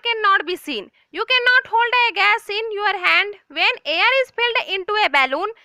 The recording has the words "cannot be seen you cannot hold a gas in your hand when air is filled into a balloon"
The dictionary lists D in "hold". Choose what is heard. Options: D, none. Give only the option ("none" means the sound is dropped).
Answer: D